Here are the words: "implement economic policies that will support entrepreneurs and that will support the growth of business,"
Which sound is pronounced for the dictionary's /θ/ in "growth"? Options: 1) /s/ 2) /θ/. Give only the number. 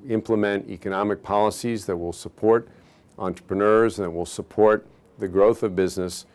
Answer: 2